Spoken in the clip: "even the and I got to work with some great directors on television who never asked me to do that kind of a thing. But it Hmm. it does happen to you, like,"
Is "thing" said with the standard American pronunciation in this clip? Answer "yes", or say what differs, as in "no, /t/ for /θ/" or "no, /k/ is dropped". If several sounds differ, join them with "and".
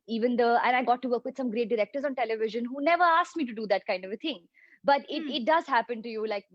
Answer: no, /t/ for /θ/